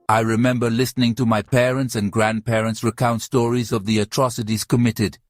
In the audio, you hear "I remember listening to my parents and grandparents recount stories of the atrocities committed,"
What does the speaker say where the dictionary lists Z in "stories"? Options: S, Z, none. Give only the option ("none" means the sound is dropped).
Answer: Z